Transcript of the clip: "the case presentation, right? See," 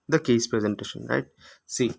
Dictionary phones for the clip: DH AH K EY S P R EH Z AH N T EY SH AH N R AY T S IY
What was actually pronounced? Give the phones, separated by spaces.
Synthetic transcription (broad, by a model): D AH K EY S P R EH Z AH N T EY SH AH N R AY T S IY